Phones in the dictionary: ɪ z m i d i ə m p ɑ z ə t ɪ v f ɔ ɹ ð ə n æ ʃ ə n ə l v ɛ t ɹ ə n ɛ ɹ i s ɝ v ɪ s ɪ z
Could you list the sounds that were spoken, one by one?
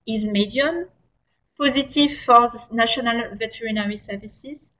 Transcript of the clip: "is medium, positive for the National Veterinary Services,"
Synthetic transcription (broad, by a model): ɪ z m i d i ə m p ɑ z ə t ɪ v f ɔ ɹ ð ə n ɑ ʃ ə n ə l v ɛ t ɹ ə n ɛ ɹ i s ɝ v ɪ s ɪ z